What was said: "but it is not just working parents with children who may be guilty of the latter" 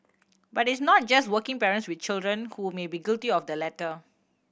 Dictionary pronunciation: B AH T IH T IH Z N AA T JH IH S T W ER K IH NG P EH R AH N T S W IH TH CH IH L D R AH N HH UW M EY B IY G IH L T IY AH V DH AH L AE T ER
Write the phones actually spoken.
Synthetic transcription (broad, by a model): B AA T IH T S N AA T JH IH S T W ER K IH NG P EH R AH N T S W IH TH CH IH L D R AH N HH UW M EY B IY G IH L T IY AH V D AH L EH T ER